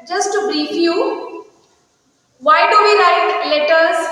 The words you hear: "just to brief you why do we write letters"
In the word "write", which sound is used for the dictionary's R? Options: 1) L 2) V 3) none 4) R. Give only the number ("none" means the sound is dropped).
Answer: 1